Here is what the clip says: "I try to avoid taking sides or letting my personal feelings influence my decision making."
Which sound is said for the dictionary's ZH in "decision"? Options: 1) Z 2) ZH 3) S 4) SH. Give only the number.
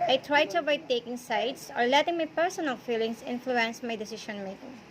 4